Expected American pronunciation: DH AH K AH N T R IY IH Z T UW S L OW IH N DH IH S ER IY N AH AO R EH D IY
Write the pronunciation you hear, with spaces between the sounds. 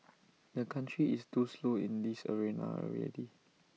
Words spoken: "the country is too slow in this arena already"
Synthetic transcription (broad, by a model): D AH K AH N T R IY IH S T UW S L OW IH N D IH S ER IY N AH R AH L IY